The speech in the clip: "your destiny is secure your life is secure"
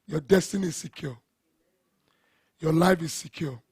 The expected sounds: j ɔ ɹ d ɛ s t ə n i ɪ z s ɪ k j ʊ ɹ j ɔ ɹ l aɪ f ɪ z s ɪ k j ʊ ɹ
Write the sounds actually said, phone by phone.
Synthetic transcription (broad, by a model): j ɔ d ɛ s t ə n i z s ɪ k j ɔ j ɔ l aɪ f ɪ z s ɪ k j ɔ